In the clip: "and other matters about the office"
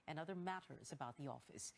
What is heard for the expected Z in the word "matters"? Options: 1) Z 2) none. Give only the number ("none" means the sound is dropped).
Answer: 1